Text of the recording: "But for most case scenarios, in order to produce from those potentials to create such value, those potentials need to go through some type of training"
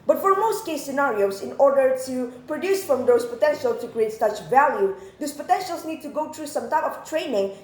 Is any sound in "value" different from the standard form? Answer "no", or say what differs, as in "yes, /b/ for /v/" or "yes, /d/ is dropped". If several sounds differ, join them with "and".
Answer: no